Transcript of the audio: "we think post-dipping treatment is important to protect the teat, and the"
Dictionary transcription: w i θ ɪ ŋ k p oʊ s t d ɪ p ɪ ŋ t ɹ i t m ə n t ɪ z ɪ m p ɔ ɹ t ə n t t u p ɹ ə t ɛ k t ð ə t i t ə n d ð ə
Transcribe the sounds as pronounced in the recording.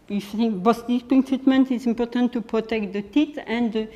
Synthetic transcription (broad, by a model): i f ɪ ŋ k b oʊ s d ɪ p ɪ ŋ t ɹ i t m ə n t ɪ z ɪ m p ɔ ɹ t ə n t t u p ɹ ə t ɛ k t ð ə t i t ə n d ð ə